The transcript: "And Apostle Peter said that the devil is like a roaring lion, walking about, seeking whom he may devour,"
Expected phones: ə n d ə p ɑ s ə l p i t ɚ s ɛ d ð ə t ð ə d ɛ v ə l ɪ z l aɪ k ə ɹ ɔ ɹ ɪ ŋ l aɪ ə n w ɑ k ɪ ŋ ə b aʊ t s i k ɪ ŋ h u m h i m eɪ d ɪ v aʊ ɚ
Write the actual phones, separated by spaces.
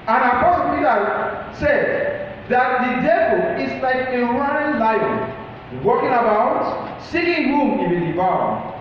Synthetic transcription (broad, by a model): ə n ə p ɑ s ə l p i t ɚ s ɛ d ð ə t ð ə d ɛ v ə l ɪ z l aɪ k ə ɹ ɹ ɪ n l aɪ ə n w ɑ k ɪ ŋ ə b aʊ t s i ɪ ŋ h u m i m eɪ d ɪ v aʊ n